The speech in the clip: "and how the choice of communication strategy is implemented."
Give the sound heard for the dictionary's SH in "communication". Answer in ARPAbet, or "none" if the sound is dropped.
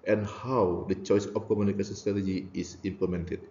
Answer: S